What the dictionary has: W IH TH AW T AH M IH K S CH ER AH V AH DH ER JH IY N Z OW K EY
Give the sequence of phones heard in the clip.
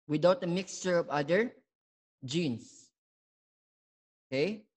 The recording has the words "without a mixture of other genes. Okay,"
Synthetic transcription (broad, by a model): W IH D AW T AH M IH K S CH ER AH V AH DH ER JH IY N S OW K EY